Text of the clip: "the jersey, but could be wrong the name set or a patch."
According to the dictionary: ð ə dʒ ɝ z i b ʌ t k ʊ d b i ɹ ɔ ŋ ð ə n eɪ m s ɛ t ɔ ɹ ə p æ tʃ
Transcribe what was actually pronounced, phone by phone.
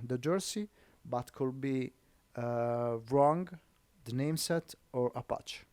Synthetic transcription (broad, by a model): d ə dʒ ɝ s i b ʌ t k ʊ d b i ɹ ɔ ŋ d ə n eɪ m s ɛ t ɔ ɹ ə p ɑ tʃ